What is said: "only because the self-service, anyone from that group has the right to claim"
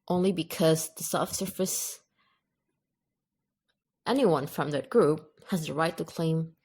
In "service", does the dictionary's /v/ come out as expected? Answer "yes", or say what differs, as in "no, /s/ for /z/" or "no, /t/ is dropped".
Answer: no, /f/ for /v/